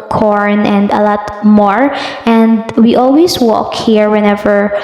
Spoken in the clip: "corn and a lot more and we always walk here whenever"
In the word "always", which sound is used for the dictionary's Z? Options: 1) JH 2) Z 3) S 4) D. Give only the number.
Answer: 3